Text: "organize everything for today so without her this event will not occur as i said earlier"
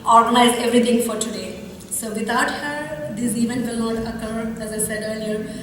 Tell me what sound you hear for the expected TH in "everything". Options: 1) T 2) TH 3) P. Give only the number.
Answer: 1